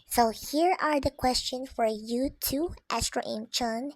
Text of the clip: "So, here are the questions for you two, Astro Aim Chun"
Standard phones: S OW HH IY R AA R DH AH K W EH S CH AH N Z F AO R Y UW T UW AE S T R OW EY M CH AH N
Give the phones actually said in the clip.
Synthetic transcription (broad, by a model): S OW HH IY R AA R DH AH K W EH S CH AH N F AO R Y UW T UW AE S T R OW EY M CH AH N